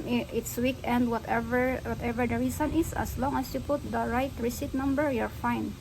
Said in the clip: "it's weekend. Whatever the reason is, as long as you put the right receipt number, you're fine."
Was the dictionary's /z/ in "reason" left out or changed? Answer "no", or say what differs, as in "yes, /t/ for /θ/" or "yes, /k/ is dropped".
yes, /s/ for /z/